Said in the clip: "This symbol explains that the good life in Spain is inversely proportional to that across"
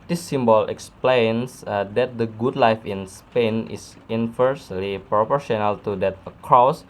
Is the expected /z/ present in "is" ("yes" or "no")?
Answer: no